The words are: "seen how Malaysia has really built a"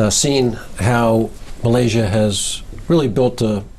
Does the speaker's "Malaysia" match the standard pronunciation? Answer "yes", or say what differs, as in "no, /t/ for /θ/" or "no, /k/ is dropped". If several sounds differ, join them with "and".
yes